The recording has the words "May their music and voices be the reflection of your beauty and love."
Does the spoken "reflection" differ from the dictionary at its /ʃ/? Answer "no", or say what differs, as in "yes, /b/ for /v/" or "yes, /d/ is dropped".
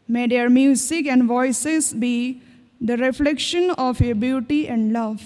no